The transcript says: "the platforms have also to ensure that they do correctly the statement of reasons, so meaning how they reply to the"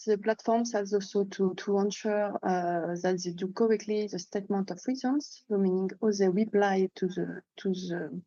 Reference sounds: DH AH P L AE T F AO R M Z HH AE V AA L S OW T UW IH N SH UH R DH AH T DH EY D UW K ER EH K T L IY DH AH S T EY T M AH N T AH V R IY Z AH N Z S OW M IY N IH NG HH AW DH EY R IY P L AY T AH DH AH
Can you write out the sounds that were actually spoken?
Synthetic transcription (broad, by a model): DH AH P L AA T F AO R M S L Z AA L S OW T UW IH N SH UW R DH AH T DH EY D UW K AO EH K T L IY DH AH S T EY T M AH N T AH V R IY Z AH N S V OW M IY N IH NG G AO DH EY W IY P L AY T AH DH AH